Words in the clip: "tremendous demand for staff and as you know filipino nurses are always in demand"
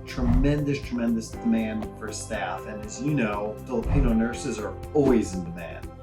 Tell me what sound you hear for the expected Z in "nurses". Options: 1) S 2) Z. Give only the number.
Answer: 2